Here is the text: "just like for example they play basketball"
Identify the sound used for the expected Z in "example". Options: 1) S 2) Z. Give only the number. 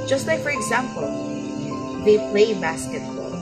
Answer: 2